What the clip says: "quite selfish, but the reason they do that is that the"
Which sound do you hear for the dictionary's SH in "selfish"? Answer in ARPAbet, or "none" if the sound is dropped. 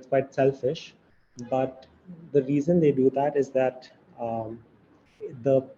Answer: SH